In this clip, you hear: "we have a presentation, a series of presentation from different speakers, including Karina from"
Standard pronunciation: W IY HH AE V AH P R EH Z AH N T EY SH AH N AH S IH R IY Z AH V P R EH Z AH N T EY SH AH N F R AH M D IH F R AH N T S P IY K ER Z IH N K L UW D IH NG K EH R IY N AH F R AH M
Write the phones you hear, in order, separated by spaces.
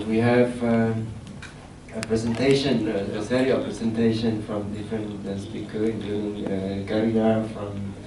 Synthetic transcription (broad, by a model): W IY HH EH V AH P R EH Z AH N T EY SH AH N AH S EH R IY AH F P R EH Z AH N T EY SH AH N F R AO M D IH F R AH N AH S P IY K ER IH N K L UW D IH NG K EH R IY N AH F R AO M